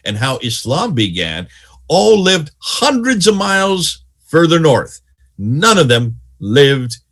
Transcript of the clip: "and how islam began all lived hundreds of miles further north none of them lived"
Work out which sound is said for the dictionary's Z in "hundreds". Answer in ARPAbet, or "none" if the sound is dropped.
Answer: Z